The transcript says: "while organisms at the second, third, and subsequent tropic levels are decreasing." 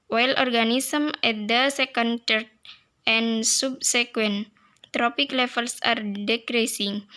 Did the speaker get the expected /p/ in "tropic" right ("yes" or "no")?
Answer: yes